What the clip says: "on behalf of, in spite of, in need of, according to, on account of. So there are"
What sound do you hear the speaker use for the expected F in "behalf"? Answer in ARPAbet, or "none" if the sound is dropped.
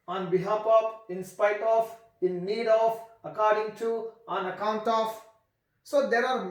P